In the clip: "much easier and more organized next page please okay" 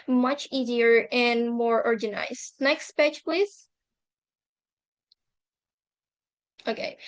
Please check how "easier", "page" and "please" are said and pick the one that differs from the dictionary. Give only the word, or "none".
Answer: page